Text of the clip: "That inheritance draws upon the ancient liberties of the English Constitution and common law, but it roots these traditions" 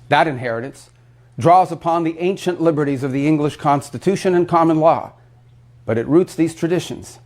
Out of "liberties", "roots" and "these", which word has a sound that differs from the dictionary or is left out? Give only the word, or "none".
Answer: none